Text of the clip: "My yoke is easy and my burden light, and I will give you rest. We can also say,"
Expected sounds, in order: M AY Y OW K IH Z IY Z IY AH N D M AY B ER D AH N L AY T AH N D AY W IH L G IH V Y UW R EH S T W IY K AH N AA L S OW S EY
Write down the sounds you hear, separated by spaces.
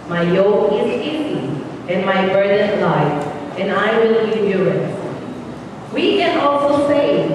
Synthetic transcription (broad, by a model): M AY Y OW K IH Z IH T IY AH N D M AY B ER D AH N L AY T AH N D AY W IH L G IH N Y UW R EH T W IY K AH N AA L S OW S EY